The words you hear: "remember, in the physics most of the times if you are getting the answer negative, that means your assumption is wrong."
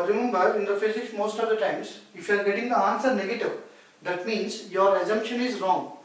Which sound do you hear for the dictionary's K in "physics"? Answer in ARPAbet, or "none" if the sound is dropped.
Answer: none